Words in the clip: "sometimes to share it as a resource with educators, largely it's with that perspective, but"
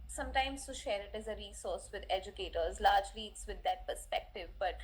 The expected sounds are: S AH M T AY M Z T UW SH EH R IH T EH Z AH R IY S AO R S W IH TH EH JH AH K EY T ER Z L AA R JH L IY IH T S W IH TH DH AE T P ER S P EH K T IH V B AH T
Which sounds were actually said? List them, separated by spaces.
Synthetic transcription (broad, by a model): S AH M T AY M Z T UW SH EH R IH T EH Z AH R IY S AO R S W IH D EH JH AH K EY T ER Z L AA R JH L IY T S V IH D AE T P ER S P EH K T IH V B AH T